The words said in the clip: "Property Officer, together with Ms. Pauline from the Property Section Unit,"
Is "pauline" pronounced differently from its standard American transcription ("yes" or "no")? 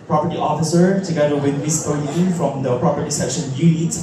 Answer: yes